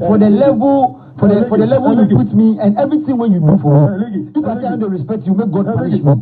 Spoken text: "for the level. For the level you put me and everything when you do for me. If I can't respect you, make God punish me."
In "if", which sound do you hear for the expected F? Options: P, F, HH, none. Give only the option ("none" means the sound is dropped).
P